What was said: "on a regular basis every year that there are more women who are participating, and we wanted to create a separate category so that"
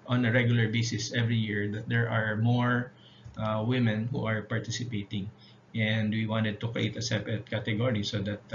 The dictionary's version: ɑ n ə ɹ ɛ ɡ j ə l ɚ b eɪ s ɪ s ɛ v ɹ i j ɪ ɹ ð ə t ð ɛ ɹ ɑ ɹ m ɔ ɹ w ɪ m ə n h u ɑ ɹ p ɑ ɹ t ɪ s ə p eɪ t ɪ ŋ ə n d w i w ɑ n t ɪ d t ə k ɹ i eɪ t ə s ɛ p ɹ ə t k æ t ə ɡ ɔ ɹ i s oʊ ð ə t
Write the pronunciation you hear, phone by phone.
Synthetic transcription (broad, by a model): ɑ n ə ɹ ɛ ɡ j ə l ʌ b eɪ s ɪ s ɛ v ɹ i j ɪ ɹ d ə t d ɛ ɹ ɑ ɹ m ɔ ɹ w ɪ m ə n h u ɑ ɹ p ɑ ɹ t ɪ s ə p eɪ t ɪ ŋ ə n d w i w ɑ n t ɪ d t ə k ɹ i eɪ t ə s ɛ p ə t k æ t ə ɡ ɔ ɹ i s oʊ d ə t